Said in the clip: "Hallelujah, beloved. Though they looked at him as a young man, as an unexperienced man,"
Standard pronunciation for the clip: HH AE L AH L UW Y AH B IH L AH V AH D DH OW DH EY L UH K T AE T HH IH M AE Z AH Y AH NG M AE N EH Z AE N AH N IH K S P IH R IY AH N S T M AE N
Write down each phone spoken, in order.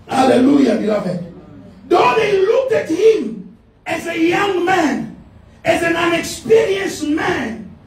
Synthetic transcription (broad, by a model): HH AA L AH L UW Y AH B IH L AH V AH D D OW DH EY L UH K T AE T HH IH M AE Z AH Y AH NG M AE N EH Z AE N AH N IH K S P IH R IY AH N S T M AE N